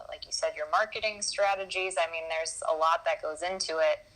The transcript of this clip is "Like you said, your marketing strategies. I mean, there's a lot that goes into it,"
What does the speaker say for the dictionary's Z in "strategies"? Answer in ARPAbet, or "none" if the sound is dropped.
Z